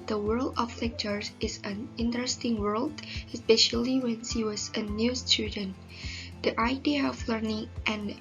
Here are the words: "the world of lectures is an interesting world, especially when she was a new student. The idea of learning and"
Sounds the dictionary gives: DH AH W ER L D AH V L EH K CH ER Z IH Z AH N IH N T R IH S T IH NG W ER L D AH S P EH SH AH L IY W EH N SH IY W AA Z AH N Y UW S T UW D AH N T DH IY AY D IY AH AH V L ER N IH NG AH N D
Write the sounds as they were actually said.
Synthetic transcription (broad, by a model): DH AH W ER L D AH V L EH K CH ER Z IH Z AH N IH N T R IH S T IH NG W ER L D AH S P EH SH AH L IY W EH N S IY W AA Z AH N Y UW S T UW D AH N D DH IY AY D IY AH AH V L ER N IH NG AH N